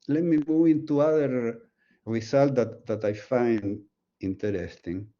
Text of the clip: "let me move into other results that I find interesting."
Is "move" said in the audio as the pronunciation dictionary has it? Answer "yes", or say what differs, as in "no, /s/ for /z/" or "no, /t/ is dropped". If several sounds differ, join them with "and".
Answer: no, /v/ is dropped